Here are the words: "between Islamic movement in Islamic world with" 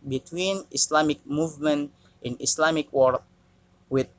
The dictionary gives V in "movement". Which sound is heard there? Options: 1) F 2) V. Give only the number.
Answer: 2